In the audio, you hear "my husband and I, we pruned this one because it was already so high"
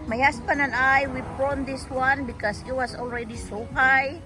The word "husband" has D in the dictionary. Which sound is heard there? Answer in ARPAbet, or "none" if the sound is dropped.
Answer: none